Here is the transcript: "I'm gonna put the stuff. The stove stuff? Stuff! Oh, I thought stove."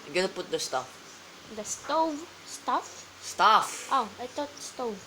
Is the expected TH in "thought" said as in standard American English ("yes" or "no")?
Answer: no